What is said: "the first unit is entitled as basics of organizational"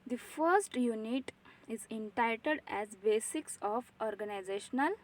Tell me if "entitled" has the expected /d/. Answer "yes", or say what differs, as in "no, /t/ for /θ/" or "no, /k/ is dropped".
yes